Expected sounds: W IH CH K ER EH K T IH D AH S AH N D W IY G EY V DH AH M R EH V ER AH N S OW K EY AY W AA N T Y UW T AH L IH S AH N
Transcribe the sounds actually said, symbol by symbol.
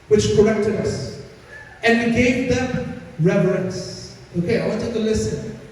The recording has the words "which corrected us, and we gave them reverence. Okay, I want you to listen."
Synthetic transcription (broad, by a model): W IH CH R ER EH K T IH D AH S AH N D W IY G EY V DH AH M R EH V ER AH N S OW K EY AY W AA T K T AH L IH S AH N